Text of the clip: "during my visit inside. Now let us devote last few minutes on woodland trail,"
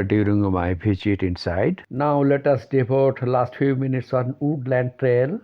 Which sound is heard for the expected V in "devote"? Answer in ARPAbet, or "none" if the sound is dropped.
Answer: P